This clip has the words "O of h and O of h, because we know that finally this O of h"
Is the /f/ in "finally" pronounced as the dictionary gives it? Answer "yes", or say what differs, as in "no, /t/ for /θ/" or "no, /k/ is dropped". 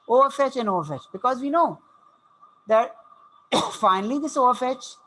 yes